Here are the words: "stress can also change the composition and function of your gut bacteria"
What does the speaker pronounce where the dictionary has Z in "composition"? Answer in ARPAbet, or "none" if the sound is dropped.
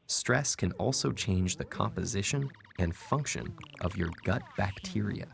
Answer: Z